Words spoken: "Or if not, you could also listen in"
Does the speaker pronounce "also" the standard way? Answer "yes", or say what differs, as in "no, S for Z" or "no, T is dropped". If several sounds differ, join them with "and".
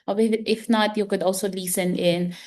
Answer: yes